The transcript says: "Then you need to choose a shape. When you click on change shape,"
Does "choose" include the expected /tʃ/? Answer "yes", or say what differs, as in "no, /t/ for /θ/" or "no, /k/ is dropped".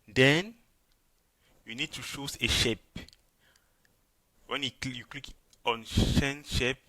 no, /ʃ/ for /tʃ/